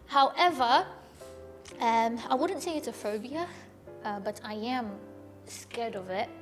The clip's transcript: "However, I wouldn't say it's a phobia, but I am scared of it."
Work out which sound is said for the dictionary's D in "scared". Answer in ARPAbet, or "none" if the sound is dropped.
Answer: D